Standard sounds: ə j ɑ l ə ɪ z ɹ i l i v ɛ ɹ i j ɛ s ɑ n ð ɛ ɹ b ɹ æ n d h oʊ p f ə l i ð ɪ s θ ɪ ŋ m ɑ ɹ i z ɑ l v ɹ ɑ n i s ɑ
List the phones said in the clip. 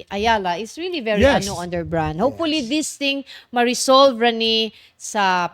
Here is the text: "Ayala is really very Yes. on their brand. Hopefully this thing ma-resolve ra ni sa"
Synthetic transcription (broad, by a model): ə j ɑ l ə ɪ s ɹ i l i v ɛ ɹ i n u ɑ n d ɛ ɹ b ɹ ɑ n d h oʊ p f ə l i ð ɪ s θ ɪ ŋ m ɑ ɹ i s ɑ l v ɹ ɑ n i s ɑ